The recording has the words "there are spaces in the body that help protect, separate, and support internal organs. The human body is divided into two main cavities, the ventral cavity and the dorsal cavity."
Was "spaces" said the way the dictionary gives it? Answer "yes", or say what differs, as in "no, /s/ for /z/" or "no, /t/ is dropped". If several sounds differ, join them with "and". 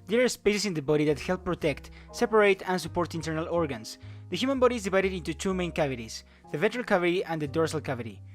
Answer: no, /s/ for /z/